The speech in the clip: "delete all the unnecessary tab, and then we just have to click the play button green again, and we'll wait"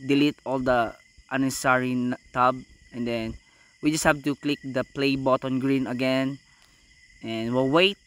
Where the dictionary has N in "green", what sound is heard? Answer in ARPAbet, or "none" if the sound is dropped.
N